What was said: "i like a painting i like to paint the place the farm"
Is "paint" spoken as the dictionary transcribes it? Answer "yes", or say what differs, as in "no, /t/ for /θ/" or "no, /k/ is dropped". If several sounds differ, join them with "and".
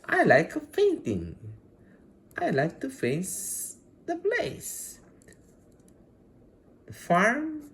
no, /f/ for /p/